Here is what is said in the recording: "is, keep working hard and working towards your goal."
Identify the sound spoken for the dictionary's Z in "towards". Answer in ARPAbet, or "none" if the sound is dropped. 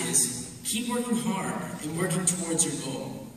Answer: Z